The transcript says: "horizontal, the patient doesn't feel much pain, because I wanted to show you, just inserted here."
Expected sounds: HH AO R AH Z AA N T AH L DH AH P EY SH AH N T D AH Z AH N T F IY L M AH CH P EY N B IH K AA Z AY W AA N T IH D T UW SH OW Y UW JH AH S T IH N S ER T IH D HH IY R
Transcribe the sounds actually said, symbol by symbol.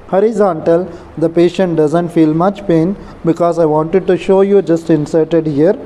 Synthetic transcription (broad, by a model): HH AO R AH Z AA N T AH L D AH P EY SH AH N T D AH Z AH N T F IY L M AH CH P EY N B IH K AA Z AY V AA N T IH D T UW SH OW Y UW JH AH S T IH N S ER T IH D HH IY R